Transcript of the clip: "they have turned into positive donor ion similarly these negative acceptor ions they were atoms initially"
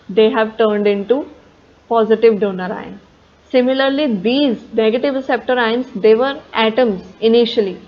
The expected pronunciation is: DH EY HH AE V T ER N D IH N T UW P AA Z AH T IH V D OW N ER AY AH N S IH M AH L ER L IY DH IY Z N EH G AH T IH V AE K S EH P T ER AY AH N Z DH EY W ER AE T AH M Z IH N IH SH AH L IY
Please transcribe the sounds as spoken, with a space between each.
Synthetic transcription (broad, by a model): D EY HH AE V T ER N D IH N T UW P AA Z AH T IH V D OW N ER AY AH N S IH M AH L ER L IY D IY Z N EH G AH T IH V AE S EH P T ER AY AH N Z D EY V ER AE T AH M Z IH N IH SH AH L IY